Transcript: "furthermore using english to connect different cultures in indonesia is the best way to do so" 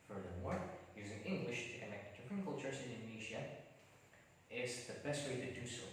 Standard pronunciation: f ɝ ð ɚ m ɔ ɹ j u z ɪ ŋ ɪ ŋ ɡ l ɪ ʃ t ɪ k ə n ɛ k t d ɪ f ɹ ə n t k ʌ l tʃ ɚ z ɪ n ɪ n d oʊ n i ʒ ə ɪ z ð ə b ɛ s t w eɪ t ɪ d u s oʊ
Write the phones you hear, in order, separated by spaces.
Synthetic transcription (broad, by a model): f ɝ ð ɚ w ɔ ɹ j u z ɪ ŋ ɪ ŋ ɡ l ɪ ʃ t ɪ k ə n ɛ k t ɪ p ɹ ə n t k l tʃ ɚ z ɪ n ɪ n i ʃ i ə ɪ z ð ə b ɛ s t w eɪ t ɪ d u s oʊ